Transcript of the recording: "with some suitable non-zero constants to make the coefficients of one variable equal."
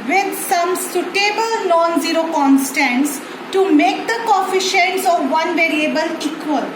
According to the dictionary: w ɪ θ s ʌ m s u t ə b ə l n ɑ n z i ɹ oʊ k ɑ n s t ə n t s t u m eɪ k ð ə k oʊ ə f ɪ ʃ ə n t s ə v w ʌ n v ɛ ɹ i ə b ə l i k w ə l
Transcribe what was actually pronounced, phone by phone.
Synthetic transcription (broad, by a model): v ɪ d s ʌ m s u t ə b ə l n ɑ n z i ɹ oʊ k ɑ n s t ə n t s t u m eɪ k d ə k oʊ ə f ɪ ʃ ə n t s ə v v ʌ n v ɛ ɹ i ə b ə l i k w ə l